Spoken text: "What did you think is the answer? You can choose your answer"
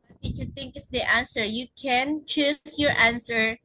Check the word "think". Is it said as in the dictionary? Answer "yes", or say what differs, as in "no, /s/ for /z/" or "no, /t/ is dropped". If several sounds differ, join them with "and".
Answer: no, /t/ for /θ/